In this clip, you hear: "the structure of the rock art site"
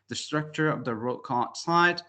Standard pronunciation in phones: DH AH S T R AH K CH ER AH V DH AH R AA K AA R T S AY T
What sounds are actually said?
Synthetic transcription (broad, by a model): DH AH S T R AH K CH ER AH V DH AH R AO K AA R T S AY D